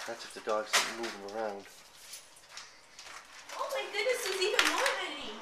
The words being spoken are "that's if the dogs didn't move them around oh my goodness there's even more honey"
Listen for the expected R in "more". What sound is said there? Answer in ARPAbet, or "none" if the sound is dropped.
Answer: R